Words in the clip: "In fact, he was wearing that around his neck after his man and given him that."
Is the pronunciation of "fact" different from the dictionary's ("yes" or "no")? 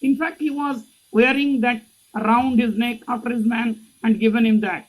no